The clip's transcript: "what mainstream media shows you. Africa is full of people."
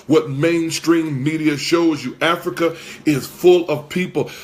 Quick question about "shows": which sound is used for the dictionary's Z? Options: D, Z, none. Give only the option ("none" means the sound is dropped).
Z